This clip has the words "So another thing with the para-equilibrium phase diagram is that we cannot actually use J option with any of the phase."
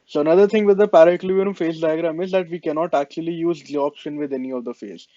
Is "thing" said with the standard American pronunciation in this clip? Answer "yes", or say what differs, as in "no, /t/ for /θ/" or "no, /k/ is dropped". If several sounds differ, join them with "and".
no, /t/ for /θ/